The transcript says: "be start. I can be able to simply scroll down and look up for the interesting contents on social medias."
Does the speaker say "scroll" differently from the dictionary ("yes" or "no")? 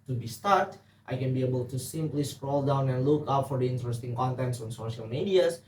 no